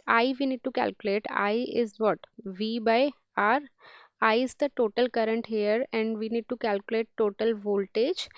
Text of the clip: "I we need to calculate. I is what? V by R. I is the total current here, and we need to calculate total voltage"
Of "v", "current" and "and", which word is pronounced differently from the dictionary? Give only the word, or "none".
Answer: none